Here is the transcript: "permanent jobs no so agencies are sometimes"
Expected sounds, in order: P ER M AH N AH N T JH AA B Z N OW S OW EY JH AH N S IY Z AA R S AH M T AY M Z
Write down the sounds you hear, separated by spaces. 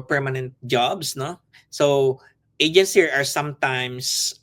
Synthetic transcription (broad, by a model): P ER M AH N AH N T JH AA B S N OW S OW EY JH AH N S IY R AA R S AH M T AY M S